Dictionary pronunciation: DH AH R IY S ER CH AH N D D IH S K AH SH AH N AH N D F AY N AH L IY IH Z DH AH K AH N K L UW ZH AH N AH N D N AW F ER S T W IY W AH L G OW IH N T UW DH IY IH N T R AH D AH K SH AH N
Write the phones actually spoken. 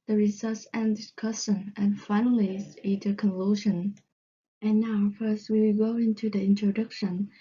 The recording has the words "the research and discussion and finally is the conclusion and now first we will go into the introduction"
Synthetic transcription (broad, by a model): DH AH R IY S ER S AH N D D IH S K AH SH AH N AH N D F AY N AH L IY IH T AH K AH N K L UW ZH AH N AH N N AW F ER S T W IY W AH G OW IH N T UW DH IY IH N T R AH D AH K SH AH N